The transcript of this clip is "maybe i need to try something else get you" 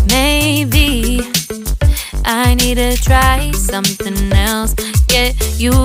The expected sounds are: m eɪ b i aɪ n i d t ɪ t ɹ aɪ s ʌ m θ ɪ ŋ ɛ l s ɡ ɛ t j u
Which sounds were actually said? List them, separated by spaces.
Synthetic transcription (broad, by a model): m eɪ b i aɪ n i d t ɪ t ɹ aɪ s ʌ m θ ɪ ŋ ɛ l s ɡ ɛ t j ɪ